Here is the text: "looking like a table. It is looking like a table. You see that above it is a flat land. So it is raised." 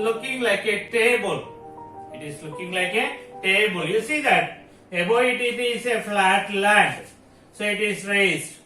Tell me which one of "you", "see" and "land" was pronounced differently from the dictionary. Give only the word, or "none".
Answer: land